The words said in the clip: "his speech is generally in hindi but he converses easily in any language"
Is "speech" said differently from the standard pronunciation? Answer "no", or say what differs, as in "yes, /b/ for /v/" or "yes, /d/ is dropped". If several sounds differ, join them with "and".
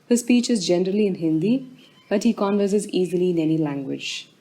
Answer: no